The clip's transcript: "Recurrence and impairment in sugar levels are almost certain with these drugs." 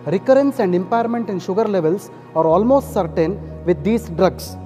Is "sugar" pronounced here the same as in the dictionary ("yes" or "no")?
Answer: yes